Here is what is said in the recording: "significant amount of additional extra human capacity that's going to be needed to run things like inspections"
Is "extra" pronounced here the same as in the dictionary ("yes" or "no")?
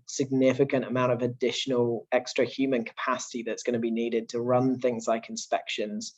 yes